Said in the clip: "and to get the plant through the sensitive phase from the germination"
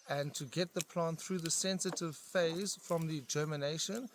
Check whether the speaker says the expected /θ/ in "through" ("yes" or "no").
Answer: yes